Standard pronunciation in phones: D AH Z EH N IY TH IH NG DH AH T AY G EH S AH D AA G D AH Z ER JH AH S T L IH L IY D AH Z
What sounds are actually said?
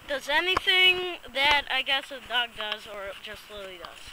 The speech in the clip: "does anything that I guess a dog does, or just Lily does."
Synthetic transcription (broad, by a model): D AH Z EH N IY TH IH NG DH AH T AY G EH S AH D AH G D AH Z ER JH AH S T L IH L IY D AH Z